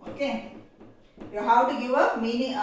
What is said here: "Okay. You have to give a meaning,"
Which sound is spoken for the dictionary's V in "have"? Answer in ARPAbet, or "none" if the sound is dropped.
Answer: W